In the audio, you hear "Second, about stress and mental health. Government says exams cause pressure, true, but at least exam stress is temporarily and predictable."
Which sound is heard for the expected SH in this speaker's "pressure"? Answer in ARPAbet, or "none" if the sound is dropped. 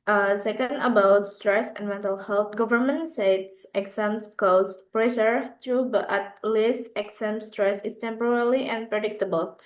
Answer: S